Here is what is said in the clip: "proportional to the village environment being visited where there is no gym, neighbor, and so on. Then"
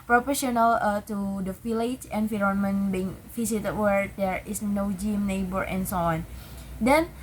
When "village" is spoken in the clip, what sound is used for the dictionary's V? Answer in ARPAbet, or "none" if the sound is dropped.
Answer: F